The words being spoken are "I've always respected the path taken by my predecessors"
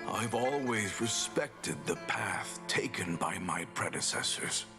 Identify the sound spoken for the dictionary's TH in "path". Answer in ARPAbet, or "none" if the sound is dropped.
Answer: TH